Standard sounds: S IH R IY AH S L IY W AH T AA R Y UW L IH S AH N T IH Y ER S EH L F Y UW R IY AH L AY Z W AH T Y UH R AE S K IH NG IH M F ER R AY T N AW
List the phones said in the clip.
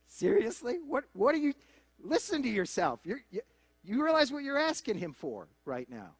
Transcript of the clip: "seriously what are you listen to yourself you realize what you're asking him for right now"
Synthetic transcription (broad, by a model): S IH R IY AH S L IY W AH T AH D Y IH L IH S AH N T IH Y ER S EH L F Y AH R IY AH L AY Z W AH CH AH R AE S K IH NG IH M F ER R AY T N AW